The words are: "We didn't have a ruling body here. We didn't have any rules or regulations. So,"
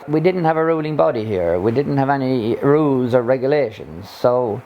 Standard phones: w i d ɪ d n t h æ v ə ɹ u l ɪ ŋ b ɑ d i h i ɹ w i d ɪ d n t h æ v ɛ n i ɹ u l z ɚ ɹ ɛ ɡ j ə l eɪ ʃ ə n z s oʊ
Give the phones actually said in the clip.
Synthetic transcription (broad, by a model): w i d ɪ d n t h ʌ v ə ɹ u l ɪ ŋ b ɑ d i h i ɹ w i d ɪ d n t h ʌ v ɛ n i ɹ u l z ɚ ɹ ɛ ɡ j ə l eɪ ʃ ə n z s oʊ